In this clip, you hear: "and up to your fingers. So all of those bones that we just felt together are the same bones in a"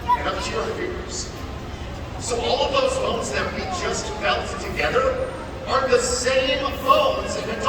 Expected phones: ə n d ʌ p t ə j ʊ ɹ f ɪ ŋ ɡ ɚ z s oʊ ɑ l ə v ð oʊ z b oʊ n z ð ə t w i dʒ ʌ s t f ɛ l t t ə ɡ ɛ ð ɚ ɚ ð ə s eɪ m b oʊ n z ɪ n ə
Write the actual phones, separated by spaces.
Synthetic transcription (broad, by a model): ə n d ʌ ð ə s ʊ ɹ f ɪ ɡ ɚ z s oʊ ɑ l ə v ð oʊ z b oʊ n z ð ə t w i dʒ ʌ s t f ɛ l t t ə ɡ ɛ ð ɚ ɚ ð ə s eɪ m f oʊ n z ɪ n